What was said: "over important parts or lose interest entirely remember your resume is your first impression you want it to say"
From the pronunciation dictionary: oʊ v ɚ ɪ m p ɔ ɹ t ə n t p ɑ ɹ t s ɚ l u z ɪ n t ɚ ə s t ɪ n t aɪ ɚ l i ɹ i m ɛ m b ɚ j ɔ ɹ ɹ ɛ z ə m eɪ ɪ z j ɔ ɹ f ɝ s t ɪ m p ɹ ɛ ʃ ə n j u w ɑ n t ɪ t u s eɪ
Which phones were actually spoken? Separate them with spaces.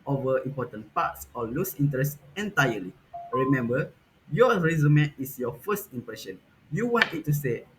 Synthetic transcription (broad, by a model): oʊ v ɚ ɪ m p ɔ t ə n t p ɑ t s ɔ l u s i n t ɚ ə s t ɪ n t aɪ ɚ l i ɹ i m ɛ m b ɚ j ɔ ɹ ɹ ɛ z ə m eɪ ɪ s j ɔ f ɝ s t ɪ m p ɹ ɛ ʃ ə n j u w ɑ n t ɪ t u s eɪ